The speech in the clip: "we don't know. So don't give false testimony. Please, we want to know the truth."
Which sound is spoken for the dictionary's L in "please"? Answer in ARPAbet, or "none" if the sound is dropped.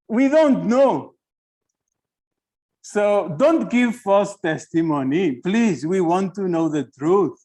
L